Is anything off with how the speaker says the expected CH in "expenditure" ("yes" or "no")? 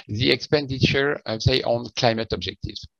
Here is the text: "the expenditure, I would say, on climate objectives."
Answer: no